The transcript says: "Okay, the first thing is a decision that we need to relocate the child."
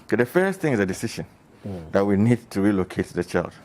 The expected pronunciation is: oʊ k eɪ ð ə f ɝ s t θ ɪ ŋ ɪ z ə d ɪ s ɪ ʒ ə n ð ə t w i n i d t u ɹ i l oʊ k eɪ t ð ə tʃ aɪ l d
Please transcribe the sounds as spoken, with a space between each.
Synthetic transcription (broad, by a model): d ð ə f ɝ s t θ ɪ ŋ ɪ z ə d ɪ s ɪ ʃ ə n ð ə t w i n i d t u ɹ i l oʊ k eɪ t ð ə tʃ aɪ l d